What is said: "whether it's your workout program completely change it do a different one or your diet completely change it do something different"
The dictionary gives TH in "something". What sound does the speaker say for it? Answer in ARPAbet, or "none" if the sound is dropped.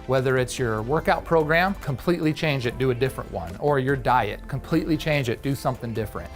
TH